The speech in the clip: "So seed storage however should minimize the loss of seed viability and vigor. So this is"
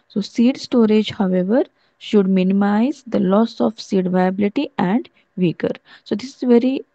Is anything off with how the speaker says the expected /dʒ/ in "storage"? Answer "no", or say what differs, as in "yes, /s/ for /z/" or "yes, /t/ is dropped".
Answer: no